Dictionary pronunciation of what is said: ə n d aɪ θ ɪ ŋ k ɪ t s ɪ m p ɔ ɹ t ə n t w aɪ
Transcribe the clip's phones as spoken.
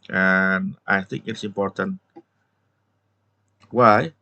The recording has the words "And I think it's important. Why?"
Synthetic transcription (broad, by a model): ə n aɪ θ ɪ ŋ k ɪ t s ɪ m p ɔ ɹ t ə n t w aɪ